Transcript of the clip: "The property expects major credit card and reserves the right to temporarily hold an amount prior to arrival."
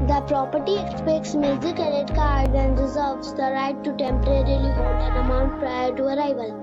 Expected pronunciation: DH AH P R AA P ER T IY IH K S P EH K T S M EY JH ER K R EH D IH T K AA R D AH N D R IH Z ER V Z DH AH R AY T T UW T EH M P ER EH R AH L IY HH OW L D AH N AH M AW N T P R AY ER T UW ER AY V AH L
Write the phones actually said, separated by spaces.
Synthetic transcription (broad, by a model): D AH P R AA P ER T IY IH K S P EH K T S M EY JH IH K EH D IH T K AA R D AH N D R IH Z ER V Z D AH R AY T T UW T EH M P ER EH R AH L IY HH OW L D AH N AH M AW N T P R AY ER T UW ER AY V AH L